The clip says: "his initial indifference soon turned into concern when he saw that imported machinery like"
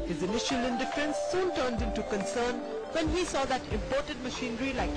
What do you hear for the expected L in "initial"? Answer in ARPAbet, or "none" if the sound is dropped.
L